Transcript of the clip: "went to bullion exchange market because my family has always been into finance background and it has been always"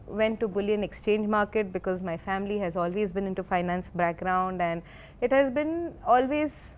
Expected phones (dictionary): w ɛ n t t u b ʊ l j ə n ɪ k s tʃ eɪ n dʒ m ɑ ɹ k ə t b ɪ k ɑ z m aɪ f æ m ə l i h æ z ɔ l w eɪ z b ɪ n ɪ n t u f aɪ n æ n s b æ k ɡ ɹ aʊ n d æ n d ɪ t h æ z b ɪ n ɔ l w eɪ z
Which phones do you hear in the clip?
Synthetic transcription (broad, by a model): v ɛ n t t u b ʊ l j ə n ɪ k s tʃ eɪ n dʒ m ɑ ɹ k ə t b ɪ k ɑ z m aɪ f æ m ə l i h æ z ɔ l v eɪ z b ɪ n ɪ n t u f aɪ n æ n s b æ k ɡ ɹ aʊ n d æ n d ɪ t h æ z b ɪ n ɔ l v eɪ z